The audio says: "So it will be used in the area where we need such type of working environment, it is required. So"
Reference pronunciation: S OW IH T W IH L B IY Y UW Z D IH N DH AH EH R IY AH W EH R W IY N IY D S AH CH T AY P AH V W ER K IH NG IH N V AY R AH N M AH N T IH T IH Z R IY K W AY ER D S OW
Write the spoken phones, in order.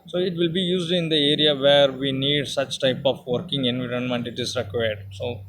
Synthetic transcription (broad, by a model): S OW IH T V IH L B IY Y UW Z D IH N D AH EH R IY AH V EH R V IY N IY D S AH CH T AY P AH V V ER K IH NG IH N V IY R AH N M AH N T IH T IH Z R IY K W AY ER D S OW